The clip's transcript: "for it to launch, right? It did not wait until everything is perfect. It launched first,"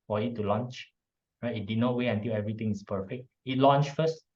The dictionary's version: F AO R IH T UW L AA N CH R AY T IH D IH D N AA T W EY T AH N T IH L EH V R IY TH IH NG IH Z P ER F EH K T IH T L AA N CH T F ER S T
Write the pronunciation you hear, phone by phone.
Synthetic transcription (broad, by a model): F AO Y IH T UW L AA N CH R AY T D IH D N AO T W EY AH N T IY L EH V R IY T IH NG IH S P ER F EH K T IH T L AA N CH F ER S T